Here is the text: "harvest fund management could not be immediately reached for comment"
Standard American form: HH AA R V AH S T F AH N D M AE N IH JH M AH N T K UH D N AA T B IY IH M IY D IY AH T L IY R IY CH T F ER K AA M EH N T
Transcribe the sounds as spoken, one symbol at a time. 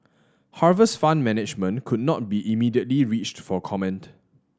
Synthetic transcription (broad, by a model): HH AA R V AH S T F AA N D M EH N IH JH M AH N K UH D N AA T B IY IH M IY D IY AH T L IY R IY CH T F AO K AA M EH N T